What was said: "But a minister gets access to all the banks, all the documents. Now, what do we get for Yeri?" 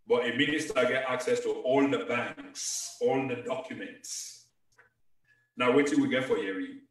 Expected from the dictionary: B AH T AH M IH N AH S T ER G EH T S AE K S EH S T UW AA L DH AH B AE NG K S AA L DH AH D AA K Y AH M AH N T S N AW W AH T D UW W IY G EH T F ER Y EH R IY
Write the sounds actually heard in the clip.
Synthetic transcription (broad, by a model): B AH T AH M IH N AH S T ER G EH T AA K S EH S T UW AA L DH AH B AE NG K S AA L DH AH D AA K Y AH M AH N T S N AW W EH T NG W IY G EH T F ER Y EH R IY